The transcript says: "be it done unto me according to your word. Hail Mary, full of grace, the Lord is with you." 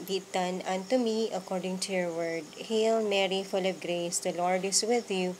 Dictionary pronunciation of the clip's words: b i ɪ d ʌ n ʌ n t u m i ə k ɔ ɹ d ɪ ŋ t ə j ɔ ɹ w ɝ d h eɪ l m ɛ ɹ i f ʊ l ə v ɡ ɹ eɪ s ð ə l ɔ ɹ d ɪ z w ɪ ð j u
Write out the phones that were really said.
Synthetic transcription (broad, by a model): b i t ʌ n ʌ n t u m i ə k ɔ ɹ d ɪ ŋ t ə j ɔ ɹ w ɝ d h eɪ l m ɛ ɹ i f ʊ l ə b ɡ ɹ eɪ s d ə l ɔ ɹ d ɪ s w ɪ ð j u